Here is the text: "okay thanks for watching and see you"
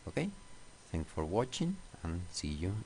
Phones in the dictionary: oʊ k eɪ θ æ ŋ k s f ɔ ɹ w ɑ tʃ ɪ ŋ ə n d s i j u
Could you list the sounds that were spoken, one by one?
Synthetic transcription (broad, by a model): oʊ k eɪ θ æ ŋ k f ɔ ɹ w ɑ tʃ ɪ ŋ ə n s i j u